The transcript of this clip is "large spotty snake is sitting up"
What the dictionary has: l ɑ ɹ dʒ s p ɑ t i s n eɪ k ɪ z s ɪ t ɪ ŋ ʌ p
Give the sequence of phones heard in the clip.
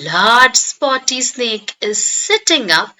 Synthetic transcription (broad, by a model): l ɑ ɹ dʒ s p ɑ t i s n eɪ k ɪ z s ɪ t ɪ ŋ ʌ p